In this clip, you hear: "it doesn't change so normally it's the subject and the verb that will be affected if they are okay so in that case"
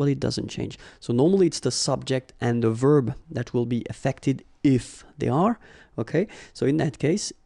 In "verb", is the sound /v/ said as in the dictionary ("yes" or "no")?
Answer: yes